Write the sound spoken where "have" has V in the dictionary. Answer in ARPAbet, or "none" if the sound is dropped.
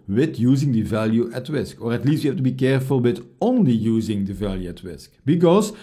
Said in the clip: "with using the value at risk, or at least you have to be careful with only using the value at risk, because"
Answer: F